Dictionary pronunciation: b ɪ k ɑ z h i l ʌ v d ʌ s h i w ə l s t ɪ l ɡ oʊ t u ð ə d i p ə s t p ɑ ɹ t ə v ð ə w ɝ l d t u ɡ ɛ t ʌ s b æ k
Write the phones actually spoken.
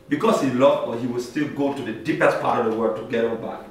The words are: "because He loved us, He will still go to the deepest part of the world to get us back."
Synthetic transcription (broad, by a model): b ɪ k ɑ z h i l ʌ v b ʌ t h i w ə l s t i l ɡ oʊ t u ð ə d i p ə s t p ɑ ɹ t ə v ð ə w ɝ d t u ɡ ɛ t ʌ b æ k